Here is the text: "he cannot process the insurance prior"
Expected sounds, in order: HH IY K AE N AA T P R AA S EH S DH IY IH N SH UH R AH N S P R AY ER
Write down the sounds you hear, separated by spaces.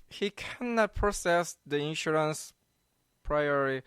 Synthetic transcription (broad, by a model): HH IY K AE N AA T P AA S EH S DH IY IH N SH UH R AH N S P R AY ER